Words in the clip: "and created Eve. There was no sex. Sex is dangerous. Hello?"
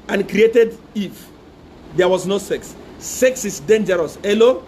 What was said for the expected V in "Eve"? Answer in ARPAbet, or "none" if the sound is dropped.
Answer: F